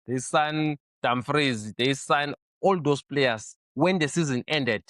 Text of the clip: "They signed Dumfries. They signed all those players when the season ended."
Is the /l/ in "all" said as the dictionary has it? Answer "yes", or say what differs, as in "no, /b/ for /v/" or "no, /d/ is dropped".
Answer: yes